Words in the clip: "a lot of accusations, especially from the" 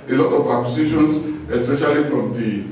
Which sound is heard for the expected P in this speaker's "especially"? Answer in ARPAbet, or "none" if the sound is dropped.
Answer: P